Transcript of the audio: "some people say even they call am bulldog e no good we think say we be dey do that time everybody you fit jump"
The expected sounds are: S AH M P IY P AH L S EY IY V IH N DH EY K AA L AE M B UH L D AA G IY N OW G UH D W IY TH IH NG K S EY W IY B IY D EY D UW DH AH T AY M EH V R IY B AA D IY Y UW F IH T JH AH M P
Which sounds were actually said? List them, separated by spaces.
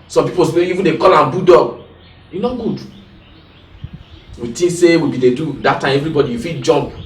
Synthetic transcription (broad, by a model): S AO M P IY P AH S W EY IY V IH N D EY K AA L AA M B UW D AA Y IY N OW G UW D W IY T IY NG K S EY W IY B IY D EY D UW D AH T AY M EH V R IY B AA D IY Y UW F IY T JH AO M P